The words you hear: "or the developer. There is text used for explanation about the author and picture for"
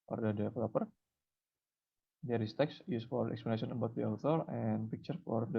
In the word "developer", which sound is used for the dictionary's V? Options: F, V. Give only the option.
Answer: F